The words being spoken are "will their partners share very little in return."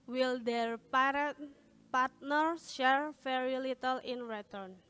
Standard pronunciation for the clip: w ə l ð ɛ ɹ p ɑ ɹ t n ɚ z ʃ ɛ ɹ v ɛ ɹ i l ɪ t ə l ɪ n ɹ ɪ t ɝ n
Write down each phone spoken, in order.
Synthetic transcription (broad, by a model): w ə l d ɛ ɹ p ɑ ɹ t n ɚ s ʃ ɛ ɹ f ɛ ɹ i l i t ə l ɪ n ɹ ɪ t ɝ n